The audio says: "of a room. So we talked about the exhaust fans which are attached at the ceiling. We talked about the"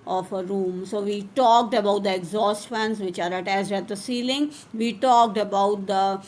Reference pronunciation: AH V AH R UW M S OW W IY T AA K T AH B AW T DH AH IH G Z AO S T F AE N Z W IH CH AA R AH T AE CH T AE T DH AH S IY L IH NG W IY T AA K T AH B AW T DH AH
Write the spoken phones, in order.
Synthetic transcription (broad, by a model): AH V AH R UW M S OW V IY T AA K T AH B AW T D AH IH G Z AO S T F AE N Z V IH CH AA R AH T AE S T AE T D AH S IY L IH NG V IY T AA K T AH B AW T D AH